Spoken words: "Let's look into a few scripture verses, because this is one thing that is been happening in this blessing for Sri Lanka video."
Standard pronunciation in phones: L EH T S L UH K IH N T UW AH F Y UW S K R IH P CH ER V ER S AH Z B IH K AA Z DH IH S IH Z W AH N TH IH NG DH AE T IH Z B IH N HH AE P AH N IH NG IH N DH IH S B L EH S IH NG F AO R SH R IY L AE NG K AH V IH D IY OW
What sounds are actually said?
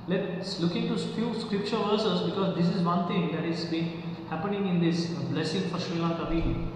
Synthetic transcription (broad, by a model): L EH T S L UH K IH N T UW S F Y UW S K R IH P CH ER V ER S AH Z B IH K AA Z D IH S IH Z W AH N T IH NG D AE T IH Z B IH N HH AE P AH N IH NG IH N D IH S B L EH S IH NG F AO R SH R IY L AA K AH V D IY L